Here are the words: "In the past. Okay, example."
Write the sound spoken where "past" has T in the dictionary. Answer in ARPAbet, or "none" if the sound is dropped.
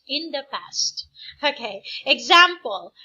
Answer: T